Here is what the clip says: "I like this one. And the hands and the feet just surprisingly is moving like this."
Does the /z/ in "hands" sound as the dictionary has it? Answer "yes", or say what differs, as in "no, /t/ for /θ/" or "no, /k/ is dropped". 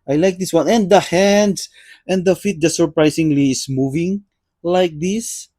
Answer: no, /s/ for /z/